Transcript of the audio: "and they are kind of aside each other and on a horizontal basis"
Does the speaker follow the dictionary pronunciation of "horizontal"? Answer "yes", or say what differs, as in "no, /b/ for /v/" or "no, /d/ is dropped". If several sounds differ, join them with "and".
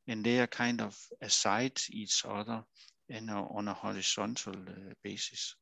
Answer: no, /s/ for /z/ and /s/ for /t/